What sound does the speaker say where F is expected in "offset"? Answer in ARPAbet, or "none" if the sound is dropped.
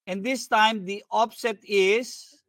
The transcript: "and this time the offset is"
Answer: P